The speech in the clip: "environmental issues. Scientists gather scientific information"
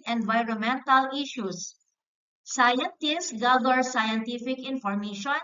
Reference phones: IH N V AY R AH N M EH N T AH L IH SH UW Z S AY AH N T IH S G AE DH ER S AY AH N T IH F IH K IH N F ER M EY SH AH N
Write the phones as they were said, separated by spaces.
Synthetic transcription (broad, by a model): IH N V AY R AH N M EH N T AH L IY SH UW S S AY AH N T IH S G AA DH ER S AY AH N T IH F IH K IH N F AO M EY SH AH N